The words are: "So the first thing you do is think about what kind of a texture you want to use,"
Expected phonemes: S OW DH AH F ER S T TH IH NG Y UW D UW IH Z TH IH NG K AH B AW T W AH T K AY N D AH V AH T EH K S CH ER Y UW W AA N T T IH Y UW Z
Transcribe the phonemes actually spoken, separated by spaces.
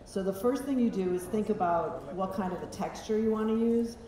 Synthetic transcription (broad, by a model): S OW DH AH F ER S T TH IH NG Y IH D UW IH Z TH IH NG K AH B AW T W AH T K AY N D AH V AH T EH K S CH ER Y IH W AA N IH Y UW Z